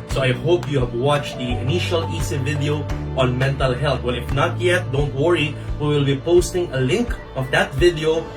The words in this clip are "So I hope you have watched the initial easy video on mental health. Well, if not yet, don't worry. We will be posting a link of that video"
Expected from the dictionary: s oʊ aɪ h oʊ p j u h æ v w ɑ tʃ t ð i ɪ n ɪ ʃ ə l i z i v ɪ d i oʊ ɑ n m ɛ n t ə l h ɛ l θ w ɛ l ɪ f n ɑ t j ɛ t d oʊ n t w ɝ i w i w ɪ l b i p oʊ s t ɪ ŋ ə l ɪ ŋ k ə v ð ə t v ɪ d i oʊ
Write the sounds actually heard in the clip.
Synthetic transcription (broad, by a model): s oʊ aɪ h oʊ p j u h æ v w ɑ tʃ t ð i ɪ n ɪ ʃ ə l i s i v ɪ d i oʊ ɑ n m ɛ n t ə l h ɛ l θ w ɛ l ɪ f n ɑ t j ɛ t d oʊ n t w ɝ i w i w ɪ l b i p oʊ s t ɪ ŋ ə l ɪ ŋ k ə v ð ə t v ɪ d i oʊ